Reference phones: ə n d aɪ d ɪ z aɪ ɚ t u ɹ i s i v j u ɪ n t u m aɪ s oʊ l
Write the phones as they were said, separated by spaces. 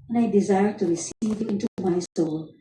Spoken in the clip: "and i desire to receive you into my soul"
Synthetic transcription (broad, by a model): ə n aɪ d ɪ z aɪ ɚ t u ɹ i s i v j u ɪ n t u m aɪ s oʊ l